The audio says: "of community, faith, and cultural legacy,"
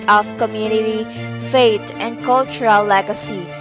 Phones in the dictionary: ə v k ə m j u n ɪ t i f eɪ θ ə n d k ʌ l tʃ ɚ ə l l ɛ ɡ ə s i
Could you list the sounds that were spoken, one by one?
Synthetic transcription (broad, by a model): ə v k ə m j u n ɪ t i f eɪ t ə n d k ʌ l tʃ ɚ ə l l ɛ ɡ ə s i